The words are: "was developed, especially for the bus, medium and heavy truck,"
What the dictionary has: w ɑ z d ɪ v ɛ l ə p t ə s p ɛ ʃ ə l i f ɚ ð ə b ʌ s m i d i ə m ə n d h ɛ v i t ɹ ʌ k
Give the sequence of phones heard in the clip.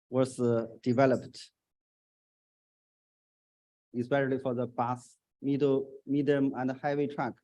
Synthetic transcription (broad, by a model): w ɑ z d ɪ v ɛ l ə p t ə s p ɛ ʃ ə l i f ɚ ð ə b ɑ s m i d i ə m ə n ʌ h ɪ w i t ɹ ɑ k